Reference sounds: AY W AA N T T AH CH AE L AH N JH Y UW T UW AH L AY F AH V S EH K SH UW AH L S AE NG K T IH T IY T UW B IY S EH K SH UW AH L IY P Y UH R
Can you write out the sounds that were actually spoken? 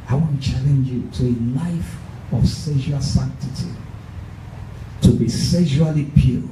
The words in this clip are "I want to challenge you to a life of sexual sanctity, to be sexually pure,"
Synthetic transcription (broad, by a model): AY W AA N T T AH CH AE L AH N JH Y UW T UW AH L AY F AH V S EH SH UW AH L S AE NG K T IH T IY T UW B IY S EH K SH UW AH L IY P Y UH